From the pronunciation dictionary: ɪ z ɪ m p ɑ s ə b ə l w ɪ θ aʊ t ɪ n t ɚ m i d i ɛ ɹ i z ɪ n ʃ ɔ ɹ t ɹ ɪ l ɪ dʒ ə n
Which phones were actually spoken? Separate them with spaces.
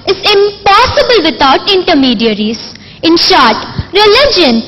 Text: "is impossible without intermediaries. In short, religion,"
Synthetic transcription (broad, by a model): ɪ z ɪ m p ɑ s ə b ə l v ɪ t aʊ t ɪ n t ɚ m i d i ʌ ɹ i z ɪ n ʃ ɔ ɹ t ɹ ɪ l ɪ dʒ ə n